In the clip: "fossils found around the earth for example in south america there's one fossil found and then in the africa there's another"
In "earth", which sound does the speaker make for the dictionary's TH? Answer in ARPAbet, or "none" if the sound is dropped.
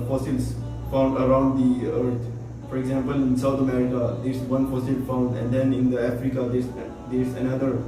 T